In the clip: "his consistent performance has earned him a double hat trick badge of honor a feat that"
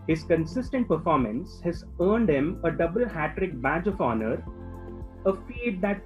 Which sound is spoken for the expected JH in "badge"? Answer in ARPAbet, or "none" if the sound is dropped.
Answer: JH